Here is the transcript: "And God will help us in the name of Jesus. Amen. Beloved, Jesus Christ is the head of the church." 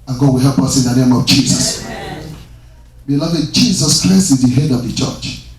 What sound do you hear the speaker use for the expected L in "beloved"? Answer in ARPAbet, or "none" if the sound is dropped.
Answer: L